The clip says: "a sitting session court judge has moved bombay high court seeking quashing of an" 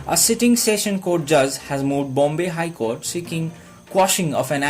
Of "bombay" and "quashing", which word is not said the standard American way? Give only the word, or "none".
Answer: none